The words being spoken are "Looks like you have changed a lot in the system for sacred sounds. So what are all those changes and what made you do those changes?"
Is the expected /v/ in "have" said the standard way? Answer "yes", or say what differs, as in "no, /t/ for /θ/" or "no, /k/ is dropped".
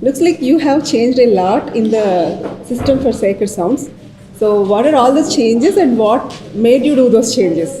yes